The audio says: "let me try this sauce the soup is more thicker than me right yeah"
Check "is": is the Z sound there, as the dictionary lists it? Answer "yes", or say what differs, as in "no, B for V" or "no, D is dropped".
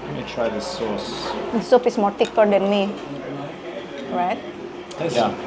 no, S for Z